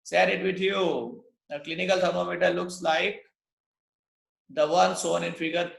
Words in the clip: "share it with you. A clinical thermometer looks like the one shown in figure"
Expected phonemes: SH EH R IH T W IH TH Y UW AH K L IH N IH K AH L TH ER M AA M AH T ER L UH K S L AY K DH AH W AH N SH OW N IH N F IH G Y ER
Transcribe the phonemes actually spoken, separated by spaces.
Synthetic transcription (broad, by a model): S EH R IH T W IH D Y UW AH K L IH N IH K AH L T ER M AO M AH T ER L UH K S L AY K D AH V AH N S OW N IH N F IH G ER